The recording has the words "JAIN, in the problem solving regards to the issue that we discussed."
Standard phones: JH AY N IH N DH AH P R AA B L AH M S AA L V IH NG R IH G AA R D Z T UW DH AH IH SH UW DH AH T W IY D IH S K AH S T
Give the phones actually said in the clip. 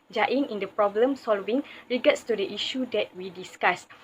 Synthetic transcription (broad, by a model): JH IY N IH N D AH P R AA B L AH M S AA L V IH NG R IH G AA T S T UW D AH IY SH UW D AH T W IY D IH S K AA S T